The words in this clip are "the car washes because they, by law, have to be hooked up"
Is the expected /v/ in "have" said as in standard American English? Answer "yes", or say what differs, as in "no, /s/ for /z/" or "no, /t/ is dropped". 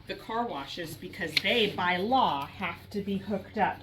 no, /f/ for /v/